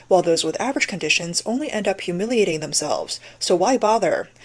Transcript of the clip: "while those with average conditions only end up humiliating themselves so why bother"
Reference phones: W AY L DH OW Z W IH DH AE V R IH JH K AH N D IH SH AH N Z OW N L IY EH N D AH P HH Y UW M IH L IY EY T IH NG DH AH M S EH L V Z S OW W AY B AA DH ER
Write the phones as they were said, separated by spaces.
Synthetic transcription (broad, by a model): W AY L DH OW Z W IH DH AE V R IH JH K AH N D IH SH AH N Z OW N L IY EH N D AH P HH Y UW M IH L IY EY T IH NG DH AH M S EH L V Z S OW W AY B AA DH ER